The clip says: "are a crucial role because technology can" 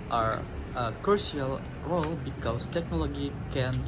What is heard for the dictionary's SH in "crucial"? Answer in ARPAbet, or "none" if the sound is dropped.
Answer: none